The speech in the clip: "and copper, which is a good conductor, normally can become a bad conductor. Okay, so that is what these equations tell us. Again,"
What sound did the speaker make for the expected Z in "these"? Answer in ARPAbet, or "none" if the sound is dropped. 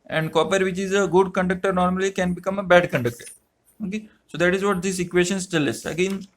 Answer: S